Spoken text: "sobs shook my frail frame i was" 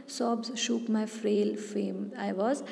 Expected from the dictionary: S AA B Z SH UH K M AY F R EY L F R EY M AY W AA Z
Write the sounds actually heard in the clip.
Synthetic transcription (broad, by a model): S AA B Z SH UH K M AY F R EY L F EY M AY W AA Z